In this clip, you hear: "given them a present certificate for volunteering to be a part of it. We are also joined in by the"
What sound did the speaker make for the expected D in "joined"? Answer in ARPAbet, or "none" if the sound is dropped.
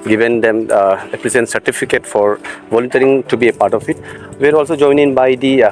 none